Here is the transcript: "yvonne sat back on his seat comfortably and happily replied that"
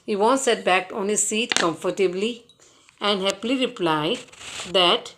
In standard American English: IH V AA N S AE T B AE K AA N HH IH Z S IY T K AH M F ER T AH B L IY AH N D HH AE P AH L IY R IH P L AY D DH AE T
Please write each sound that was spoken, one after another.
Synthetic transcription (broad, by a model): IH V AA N S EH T B AE K AA N HH IH Z S IY T K AH M F ER T AH B L IY AH N D HH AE P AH L IY R IH P L AY D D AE T